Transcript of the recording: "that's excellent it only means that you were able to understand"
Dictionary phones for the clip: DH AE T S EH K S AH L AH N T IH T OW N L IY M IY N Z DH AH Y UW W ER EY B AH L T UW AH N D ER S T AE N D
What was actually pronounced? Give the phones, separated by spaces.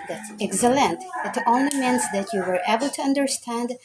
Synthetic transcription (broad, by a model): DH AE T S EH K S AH L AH N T IH T OW N L IY M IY N S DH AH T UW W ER EY B AH L T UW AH N D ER S T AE N D